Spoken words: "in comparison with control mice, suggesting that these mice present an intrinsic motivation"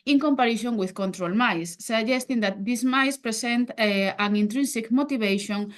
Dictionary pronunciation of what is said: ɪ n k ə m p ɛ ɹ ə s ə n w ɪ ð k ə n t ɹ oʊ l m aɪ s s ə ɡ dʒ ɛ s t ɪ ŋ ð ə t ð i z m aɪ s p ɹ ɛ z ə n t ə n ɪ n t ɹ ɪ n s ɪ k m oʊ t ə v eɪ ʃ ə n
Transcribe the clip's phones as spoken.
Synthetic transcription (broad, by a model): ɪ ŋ k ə m p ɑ ɹ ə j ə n w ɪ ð k ə n t ɹ oʊ l m aɪ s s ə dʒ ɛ s t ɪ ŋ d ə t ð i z m aɪ s p ɹ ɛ s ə n t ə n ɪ n t ɹ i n s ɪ k m oʊ t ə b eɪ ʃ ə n